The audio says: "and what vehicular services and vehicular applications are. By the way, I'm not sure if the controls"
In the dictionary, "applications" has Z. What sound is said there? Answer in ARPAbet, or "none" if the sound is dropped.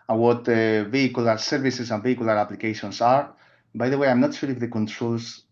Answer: S